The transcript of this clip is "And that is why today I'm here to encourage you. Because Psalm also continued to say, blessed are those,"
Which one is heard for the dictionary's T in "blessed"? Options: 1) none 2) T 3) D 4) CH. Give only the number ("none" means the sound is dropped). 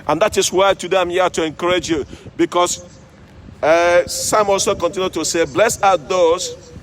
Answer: 1